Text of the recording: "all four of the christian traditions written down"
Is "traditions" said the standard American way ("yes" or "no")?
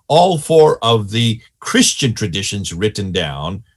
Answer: yes